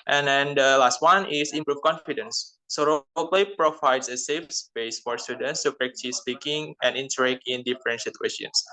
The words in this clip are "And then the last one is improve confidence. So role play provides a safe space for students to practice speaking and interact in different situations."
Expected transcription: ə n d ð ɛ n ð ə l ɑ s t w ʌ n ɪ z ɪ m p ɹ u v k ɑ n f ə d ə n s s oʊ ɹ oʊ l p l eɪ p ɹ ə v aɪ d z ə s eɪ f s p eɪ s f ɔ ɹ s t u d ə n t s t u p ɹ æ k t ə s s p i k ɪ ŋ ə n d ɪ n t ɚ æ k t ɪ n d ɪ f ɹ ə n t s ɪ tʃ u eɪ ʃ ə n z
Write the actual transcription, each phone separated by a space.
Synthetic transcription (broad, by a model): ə n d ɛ n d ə l ɑ s t w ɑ n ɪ s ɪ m p ɹ u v k ɑ n f ə d ə n s s oʊ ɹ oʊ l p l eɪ p ɹ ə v aɪ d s ə s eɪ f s b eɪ s f ɔ ɹ s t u d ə n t s t u p ɹ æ k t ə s s p i k ɪ ŋ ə n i n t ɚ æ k ɪ n d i f ɹ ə n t s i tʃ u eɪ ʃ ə n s